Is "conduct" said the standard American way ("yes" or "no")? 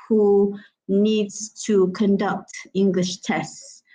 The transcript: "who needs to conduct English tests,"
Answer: yes